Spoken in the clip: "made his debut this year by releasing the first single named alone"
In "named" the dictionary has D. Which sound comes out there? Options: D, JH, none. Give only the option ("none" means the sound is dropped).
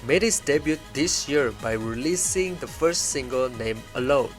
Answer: none